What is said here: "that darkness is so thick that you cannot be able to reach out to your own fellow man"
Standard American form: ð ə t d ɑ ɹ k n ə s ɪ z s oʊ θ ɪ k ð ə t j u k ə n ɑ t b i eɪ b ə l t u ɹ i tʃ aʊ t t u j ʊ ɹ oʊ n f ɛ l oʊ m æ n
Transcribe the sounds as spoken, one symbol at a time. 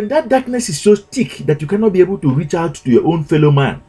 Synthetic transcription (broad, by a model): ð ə t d ɑ k n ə s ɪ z s oʊ t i k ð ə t j u k ə n ɑ t b i eɪ b ə l t u ɹ i tʃ aʊ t t u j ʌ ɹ oʊ n f ɛ l oʊ m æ n